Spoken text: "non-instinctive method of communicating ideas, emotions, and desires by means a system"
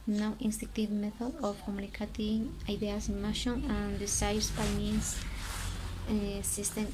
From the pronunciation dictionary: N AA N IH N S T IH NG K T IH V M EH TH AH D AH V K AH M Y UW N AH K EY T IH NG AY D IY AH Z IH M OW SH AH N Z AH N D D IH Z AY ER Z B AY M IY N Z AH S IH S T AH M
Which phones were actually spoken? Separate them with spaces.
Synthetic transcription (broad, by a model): N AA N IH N S T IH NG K T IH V M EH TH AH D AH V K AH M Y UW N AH K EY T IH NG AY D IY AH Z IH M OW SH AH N AH N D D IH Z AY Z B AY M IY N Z S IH S T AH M